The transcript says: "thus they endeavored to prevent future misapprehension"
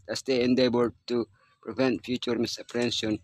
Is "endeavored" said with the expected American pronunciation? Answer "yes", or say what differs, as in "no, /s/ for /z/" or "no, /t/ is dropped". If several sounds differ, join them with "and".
no, /b/ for /v/